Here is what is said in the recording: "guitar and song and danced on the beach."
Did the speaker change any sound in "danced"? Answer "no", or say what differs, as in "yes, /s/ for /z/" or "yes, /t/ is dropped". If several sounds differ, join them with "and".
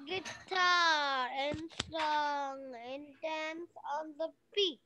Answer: yes, /t/ is dropped